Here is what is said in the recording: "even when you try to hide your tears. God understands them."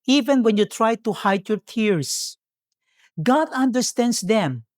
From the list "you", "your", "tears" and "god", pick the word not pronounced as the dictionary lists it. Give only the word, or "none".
tears